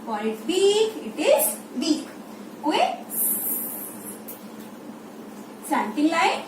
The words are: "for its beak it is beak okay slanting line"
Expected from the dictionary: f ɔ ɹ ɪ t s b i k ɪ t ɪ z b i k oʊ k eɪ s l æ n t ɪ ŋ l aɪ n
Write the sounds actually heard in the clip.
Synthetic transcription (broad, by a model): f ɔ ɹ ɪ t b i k ɪ t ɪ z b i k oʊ eɪ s ɑ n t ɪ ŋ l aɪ